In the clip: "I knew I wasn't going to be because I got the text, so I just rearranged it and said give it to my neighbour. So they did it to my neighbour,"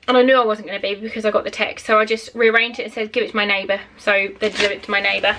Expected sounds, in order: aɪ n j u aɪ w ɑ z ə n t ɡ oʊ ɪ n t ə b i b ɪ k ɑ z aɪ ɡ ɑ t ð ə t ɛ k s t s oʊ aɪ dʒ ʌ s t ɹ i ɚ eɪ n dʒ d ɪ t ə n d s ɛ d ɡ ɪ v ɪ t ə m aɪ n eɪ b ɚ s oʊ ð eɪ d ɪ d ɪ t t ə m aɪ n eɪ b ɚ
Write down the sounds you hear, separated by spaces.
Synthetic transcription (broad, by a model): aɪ n j u aɪ w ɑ z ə n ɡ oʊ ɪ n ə b i b ɪ k ɑ z aɪ ɡ ɑ t ð ə t ɛ k s t s oʊ aɪ dʒ ʌ s t ɹ i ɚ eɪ n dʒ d ɪ t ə n s ɛ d ɡ ɪ v ɪ t ə m aɪ n eɪ b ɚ s oʊ ð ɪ d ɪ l ɪ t t ə m aɪ n eɪ b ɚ